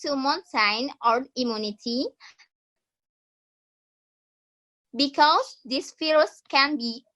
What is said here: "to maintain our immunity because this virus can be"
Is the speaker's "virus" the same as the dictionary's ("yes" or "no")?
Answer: no